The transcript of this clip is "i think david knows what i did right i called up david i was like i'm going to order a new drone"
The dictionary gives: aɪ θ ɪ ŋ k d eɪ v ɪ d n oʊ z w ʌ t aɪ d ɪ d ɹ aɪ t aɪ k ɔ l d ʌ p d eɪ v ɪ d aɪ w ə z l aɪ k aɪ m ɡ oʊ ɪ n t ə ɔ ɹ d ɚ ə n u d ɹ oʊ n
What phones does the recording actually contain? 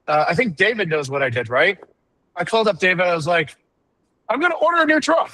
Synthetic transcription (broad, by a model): aɪ θ ɪ ŋ k d eɪ v ɪ d n oʊ z w ʌ t aɪ d ɪ d ɹ aɪ t aɪ k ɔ l d ʌ p d eɪ v ɪ d aɪ w ə z l aɪ k aɪ m ɡ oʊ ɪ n t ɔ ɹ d ɚ ə n u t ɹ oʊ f